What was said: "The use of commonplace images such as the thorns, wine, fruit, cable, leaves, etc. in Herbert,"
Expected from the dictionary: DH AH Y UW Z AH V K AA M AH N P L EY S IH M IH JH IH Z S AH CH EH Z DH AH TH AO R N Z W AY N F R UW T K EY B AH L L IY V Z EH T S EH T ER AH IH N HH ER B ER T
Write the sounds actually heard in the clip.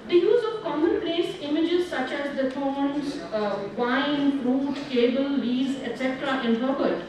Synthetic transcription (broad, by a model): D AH Y UW Z AH V K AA M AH N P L EY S IH M IH JH IH Z S AH CH EH Z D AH T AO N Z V AY N F R UW T K EY B AH L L IY Z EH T S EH T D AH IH N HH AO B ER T